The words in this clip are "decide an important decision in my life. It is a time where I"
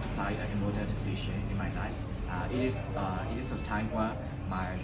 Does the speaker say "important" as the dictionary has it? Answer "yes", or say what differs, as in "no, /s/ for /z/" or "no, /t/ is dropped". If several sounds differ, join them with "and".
no, /p/ is dropped